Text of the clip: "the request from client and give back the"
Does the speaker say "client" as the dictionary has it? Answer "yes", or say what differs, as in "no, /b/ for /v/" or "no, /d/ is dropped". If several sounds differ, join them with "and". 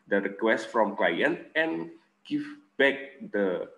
yes